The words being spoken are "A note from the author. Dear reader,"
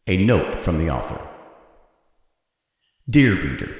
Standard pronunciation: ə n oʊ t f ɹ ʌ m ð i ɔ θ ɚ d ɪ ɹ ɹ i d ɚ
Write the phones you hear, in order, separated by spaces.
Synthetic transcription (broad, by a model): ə n oʊ t f ɹ ʌ m ð i ɔ θ ɚ d ɪ ɹ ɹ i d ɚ